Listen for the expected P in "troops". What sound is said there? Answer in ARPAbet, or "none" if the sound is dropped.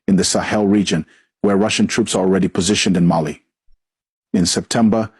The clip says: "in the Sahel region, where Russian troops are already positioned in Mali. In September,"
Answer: P